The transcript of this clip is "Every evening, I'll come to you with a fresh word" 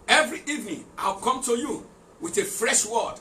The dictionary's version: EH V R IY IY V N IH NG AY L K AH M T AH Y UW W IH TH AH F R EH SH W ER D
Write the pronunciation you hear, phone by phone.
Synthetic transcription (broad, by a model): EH V R IY IY V N IH NG AY W K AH M T AH Y UW W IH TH AH F R EH SH W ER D